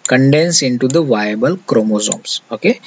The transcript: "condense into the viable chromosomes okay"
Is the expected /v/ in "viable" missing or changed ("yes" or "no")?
no